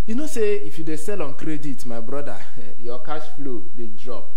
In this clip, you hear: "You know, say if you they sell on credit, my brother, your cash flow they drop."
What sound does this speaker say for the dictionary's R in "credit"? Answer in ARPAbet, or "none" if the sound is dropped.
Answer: R